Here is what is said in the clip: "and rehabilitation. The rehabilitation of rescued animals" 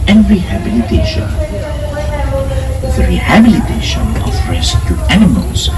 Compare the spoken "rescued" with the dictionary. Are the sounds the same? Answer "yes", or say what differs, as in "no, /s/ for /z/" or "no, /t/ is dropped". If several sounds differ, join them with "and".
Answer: no, /d/ is dropped